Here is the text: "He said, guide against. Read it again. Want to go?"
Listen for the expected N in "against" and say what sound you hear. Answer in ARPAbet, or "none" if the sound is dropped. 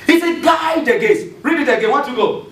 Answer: none